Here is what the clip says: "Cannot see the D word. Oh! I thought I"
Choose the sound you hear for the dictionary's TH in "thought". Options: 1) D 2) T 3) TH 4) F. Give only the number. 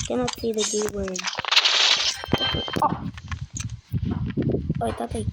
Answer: 2